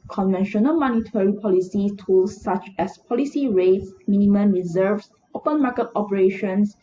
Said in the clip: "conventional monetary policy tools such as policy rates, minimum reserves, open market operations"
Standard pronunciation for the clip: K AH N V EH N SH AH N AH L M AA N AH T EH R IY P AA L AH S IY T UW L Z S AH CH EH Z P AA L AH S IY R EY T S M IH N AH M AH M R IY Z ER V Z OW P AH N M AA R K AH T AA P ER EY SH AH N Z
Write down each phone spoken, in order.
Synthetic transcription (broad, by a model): K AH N V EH N SH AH N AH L M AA N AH T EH R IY P AA L AH S IY T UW L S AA CH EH S P AA L AH S IY R EY T S M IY N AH M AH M R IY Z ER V S OW P AH N M AA K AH T AA P ER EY SH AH N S